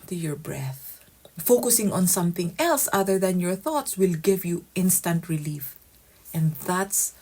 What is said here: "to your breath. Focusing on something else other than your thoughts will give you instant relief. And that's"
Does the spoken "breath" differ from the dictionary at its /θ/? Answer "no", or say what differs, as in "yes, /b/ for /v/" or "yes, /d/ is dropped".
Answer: no